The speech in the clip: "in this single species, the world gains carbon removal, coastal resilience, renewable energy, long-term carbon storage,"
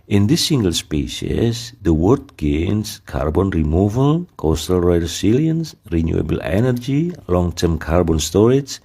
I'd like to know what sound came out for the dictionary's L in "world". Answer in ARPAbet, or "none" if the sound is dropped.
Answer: none